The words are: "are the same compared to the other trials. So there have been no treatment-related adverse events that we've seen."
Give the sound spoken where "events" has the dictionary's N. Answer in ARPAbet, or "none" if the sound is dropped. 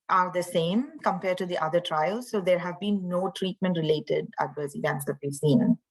none